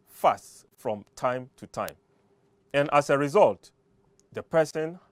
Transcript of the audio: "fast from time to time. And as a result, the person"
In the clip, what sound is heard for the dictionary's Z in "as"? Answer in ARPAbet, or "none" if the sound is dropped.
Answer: S